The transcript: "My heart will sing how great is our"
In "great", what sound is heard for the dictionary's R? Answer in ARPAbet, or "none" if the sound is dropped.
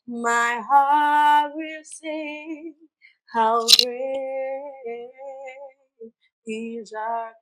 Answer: none